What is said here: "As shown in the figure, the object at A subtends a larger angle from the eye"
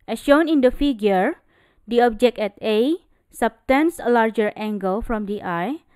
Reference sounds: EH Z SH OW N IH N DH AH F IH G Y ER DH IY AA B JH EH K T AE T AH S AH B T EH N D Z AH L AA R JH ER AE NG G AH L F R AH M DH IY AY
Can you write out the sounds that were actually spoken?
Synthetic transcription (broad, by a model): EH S SH OW N IH N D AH F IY G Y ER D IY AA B JH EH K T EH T AH S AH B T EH N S AH L AA R JH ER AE NG G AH L F R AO M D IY AY